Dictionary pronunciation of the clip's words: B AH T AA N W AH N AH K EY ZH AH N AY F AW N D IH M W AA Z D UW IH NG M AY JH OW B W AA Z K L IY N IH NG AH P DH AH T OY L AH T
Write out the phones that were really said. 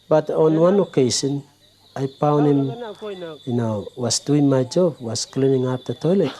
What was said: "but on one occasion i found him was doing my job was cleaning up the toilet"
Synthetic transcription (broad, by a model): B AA T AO N W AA N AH K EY S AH N AY P AW N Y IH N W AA S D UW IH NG M AY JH OW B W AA S K L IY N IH NG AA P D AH T OY L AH T